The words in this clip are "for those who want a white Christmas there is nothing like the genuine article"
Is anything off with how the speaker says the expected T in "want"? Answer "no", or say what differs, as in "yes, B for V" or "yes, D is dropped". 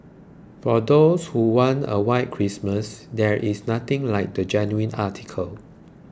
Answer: yes, T is dropped